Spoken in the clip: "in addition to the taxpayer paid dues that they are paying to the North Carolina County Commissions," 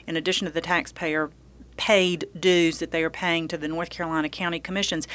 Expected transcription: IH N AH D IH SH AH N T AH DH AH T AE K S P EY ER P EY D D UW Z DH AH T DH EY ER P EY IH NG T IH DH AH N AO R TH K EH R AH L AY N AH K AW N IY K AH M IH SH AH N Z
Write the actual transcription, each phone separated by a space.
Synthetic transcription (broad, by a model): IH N AH D IH SH AH N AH DH AH T AE K S P EY ER P EY D D UW Z DH AH T DH EY ER P EY IH NG T IH DH AH N AO R TH K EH R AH L AY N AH K AW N IY K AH M IH SH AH N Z